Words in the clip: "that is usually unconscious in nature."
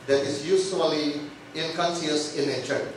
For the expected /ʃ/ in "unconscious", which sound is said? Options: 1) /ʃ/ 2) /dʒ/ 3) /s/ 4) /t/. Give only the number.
3